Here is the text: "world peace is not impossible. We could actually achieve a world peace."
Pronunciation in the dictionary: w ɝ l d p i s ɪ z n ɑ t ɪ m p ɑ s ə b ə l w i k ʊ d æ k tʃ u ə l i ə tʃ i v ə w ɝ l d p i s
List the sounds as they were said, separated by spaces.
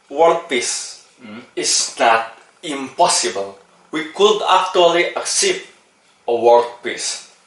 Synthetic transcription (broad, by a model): w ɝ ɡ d p i s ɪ s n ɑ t ɪ m p ɑ s ə b ə l w i k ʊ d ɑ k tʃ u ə l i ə s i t ə w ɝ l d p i s